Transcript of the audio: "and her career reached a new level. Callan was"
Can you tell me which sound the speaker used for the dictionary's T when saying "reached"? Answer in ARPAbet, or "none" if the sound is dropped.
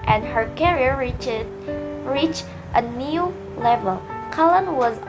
T